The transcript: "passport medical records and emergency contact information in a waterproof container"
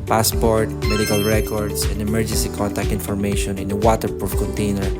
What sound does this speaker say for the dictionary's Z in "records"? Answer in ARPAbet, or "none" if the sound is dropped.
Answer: S